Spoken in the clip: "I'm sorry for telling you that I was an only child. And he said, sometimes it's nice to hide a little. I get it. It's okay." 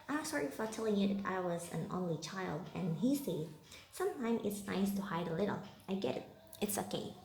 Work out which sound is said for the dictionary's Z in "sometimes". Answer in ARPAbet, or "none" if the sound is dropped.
none